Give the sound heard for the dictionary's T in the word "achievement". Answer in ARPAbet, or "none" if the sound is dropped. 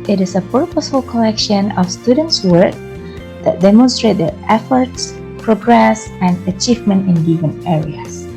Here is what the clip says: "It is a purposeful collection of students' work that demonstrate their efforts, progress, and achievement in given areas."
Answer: T